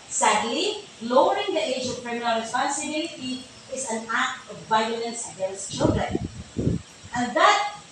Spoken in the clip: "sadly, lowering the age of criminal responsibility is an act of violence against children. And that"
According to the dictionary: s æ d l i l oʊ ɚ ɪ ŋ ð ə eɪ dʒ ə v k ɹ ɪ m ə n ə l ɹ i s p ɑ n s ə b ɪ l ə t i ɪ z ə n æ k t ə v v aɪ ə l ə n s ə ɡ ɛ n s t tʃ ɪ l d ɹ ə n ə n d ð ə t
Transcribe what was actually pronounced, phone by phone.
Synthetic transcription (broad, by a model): s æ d l i l oʊ ɚ ɪ ŋ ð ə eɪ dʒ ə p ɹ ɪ m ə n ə l ɹ i s p ɑ n s ə b ɪ l ə t i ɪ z ə n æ k t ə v v aɪ ə l ə n s ə ɡ ɛ n s t tʃ ɪ l d ɹ ə n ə n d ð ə t